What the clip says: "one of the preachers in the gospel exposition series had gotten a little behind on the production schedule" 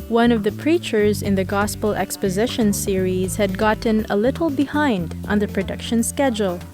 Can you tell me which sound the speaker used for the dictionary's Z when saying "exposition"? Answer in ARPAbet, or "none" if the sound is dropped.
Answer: Z